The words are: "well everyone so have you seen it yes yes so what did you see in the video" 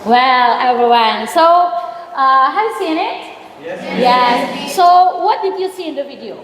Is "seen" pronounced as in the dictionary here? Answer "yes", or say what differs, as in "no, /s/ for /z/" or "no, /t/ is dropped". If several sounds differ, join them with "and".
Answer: no, /n/ is dropped